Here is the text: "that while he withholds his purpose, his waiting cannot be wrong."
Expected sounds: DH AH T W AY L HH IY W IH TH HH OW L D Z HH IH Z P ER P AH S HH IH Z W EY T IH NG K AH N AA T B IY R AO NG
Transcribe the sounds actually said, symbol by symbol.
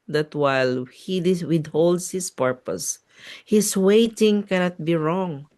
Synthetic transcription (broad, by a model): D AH T W AY L HH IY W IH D HH OW L D S HH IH S P ER P AH S HH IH S W EY T IH NG K AH N AA T B IY R AO NG